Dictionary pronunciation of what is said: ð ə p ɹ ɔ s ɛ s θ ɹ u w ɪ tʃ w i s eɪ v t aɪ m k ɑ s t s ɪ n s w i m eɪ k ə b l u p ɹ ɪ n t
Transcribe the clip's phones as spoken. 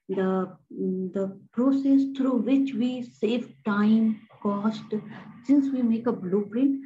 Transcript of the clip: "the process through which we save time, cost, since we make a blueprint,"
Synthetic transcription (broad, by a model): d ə p ɹ ɔ s ɛ s t ɹ u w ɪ tʃ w i s eɪ v t aɪ m k ɑ s t s ɪ n s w i m eɪ k ə b l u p ɹ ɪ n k